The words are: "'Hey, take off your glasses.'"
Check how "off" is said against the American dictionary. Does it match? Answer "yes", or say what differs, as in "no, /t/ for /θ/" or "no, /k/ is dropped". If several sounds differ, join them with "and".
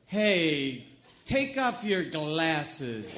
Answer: no, /p/ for /f/